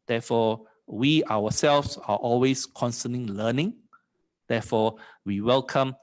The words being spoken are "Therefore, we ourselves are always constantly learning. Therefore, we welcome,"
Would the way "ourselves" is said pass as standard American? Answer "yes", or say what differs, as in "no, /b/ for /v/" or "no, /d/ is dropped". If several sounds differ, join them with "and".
no, /w/ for /ɹ/